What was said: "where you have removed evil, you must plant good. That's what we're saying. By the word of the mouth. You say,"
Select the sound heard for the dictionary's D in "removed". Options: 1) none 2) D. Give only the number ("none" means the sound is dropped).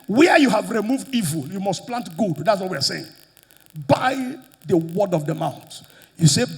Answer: 2